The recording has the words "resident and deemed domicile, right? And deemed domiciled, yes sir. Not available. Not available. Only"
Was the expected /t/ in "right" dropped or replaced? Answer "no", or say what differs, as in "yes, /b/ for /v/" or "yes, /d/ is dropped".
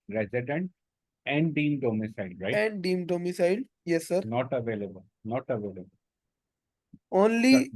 yes, /t/ is dropped